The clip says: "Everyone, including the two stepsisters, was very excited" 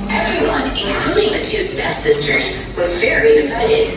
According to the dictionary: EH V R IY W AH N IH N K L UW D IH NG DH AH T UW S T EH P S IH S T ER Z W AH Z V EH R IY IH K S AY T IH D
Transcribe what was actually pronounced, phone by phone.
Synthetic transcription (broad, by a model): EH V R IY W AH N IH N K L UW D IH NG DH AH T UW S T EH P S IH S T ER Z W AH Z F EH R IY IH K S AY T IH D